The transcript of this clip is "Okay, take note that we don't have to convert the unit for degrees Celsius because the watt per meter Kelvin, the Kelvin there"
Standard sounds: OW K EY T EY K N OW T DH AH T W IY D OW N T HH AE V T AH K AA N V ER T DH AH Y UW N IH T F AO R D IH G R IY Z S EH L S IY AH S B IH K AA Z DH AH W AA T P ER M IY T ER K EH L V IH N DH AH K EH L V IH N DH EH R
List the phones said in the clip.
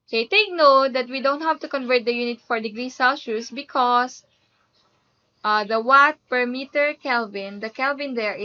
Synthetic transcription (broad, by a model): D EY T EY K N OW T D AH T W IY D OW N T HH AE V T AH K AA N V ER T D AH Y UW N IH T F AO R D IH G R IY S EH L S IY S B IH K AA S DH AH W AA T P ER M IY T ER K EH L V IH N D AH K EH L V IH N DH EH R